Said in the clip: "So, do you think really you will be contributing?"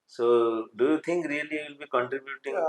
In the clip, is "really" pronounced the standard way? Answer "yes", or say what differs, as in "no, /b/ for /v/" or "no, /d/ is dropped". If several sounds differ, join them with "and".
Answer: no, /l/ is dropped